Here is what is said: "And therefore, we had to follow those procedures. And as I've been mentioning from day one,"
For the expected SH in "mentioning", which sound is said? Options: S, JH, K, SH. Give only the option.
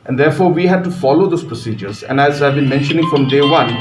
SH